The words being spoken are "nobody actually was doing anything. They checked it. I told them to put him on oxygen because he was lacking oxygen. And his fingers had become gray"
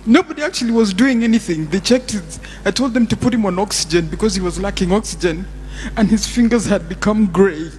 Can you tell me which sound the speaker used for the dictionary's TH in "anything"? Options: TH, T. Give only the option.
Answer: TH